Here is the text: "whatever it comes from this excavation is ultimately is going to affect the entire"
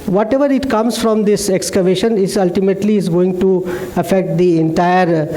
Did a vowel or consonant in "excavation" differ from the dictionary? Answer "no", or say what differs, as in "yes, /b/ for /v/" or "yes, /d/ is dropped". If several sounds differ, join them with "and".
no